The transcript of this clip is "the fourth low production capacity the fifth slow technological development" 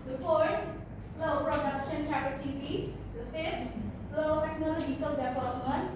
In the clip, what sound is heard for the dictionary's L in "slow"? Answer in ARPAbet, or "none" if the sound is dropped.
none